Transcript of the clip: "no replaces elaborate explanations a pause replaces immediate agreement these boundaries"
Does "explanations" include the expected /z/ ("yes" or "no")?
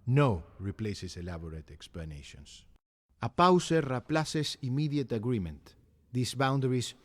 no